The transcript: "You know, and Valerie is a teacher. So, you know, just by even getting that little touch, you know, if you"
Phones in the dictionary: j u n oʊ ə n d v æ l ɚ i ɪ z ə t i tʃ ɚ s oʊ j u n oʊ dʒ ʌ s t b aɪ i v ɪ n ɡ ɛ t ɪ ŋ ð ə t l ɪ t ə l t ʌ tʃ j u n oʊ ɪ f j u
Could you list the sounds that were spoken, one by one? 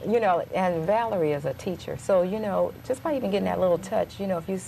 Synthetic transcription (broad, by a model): j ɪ n oʊ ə n v æ l ɚ i ɪ z ə t i tʃ ɚ s oʊ j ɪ n oʊ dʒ ʌ s b aɪ i v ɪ n ɡ ɛ t ɪ ŋ ð ə t l ɪ t l t ʌ tʃ j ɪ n oʊ ɪ f j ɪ